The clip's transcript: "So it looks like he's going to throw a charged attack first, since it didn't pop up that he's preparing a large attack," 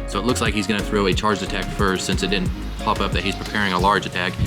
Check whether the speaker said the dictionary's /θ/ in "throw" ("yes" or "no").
yes